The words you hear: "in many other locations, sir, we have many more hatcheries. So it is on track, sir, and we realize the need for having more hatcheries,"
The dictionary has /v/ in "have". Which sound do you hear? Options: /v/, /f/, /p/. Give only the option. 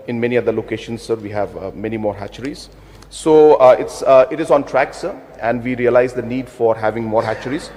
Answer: /v/